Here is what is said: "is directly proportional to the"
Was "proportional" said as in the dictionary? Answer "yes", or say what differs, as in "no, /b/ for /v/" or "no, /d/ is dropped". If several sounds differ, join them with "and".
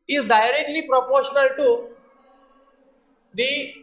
yes